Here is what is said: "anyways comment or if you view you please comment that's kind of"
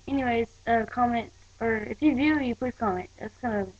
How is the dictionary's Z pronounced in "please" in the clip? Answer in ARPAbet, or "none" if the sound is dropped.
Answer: none